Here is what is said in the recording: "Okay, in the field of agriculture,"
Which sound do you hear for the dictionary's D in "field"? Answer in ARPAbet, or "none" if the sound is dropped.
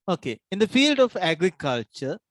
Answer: D